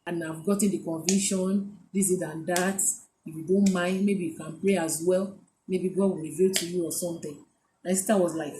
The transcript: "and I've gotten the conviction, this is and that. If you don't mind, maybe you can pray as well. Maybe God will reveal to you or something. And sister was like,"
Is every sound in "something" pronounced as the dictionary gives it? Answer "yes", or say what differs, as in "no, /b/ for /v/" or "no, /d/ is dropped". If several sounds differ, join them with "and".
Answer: no, /t/ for /θ/